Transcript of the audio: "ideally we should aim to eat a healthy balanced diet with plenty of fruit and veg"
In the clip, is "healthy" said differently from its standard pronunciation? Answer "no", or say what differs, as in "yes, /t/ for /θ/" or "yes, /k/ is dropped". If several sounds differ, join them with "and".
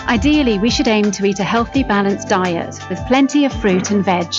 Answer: no